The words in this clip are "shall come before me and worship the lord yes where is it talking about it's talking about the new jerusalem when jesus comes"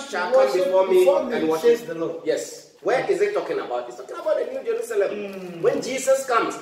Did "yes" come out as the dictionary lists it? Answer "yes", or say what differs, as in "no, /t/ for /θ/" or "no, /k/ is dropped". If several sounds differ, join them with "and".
yes